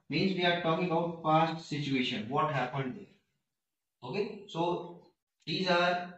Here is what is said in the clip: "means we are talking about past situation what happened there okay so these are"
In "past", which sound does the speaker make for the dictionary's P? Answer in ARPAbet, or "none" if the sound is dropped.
F